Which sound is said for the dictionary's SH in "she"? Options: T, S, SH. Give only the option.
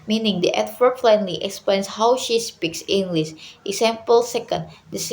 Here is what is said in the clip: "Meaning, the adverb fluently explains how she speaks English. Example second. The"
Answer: SH